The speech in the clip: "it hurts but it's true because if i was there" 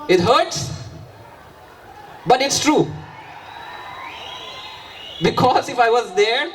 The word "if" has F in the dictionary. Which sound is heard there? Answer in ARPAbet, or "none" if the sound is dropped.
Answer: F